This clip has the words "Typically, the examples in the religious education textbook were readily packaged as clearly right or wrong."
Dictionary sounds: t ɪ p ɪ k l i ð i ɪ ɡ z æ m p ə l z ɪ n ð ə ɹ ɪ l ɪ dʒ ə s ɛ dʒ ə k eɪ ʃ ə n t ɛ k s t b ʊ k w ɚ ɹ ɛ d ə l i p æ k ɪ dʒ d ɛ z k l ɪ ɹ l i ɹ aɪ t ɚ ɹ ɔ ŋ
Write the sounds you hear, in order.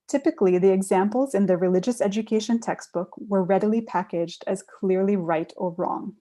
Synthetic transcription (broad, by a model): t ɪ p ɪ k l i ð i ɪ ɡ z æ m p l z ɪ n ð ə ɹ ɪ l ɪ dʒ ə s ɛ dʒ ə k eɪ ʃ ə n t ɛ k s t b ʊ k w ɚ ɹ ɛ d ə l i p æ k ɪ dʒ d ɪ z k l ɪ ɹ l i ɹ aɪ t ɚ ɹ ɔ ŋ